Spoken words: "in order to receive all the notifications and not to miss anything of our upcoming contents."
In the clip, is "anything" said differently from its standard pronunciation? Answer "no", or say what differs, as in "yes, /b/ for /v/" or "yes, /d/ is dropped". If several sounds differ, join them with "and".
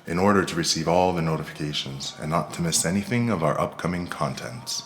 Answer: no